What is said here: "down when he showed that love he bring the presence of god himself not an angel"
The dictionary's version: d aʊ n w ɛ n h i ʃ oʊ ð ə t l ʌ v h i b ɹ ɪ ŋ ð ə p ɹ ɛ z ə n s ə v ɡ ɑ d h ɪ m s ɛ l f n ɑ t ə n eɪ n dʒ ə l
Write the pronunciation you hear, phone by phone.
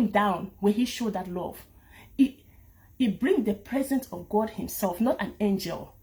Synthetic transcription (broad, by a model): d aʊ n w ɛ h i ʃ oʊ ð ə t l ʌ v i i b ɹ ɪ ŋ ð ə p ɹ ɛ z ə n s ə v ɡ ɑ d h ɪ m s ɛ l f n ɑ t ə n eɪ n dʒ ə l